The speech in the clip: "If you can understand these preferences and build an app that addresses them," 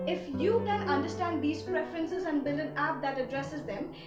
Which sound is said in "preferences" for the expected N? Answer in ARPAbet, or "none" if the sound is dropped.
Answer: N